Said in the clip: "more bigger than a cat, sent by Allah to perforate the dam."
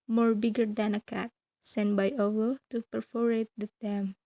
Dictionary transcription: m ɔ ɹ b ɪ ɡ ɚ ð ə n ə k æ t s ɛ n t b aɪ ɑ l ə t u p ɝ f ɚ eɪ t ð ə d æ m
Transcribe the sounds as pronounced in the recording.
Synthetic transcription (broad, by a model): m ɔ ɹ b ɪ ɡ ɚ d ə n ə k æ t s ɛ n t b aɪ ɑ w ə t u p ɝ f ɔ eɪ t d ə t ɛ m